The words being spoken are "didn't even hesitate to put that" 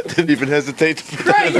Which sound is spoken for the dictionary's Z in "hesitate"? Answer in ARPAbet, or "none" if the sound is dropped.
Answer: Z